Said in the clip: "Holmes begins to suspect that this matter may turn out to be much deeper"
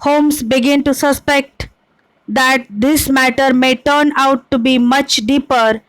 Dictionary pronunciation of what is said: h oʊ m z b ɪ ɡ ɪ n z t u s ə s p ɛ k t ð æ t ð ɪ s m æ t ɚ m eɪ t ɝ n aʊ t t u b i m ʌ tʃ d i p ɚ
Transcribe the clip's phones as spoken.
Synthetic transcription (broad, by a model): h oʊ m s b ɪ ɡ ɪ n t u s ə s p ɛ k t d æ t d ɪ s m æ t ɚ m eɪ t ɝ n aʊ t t u b i m ʌ tʃ d i p ɚ